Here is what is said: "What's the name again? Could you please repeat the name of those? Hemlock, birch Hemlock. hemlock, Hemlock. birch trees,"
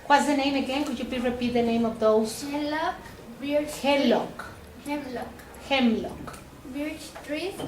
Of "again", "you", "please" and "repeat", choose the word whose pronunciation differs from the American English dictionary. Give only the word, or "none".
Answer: please